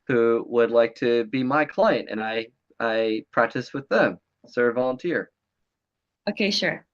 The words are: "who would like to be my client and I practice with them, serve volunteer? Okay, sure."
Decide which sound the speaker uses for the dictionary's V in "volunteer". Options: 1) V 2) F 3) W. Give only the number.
1